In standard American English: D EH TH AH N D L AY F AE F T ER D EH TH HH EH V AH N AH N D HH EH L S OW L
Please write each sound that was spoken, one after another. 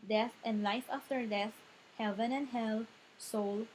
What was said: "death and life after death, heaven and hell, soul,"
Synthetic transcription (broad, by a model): D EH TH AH N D L AY F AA F T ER D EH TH HH EH V AH N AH N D HH EH L S OW L